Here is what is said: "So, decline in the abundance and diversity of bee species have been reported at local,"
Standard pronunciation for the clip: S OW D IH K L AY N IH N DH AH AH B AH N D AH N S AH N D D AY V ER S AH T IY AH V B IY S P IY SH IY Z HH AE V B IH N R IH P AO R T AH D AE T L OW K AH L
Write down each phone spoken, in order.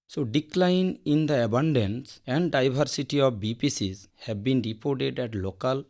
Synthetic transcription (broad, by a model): S OW D IH K L AY N IH N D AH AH B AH N D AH N S AH N D D AY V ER S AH T IY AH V B IY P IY S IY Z HH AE B B IH N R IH P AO R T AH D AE T L OW K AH L